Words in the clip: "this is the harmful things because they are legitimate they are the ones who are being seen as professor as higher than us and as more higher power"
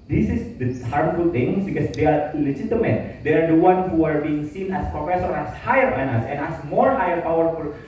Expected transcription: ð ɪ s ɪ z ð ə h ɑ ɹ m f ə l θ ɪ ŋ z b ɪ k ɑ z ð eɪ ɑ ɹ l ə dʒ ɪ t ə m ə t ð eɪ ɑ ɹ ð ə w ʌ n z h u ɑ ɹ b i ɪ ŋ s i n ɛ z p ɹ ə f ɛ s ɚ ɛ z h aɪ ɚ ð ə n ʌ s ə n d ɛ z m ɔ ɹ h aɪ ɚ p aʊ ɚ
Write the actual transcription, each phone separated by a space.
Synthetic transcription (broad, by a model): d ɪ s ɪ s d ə h ɑ ɹ m f ə l t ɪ ŋ s b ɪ k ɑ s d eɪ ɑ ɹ l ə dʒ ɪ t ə m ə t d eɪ ɑ ɹ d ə w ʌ n h u ɑ ɹ b i ɪ ŋ s i n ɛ s p ɹ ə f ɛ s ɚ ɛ s h aɪ ɚ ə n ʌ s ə n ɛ s m ɔ ɹ h aɪ ɚ p aʊ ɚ